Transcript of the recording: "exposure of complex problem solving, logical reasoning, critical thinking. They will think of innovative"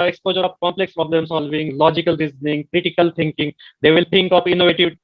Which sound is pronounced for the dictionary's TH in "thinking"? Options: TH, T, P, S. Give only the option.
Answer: T